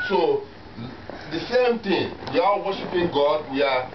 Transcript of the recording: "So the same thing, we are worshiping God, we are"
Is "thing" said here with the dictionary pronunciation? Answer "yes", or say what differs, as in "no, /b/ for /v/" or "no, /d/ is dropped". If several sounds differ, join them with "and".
no, /t/ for /θ/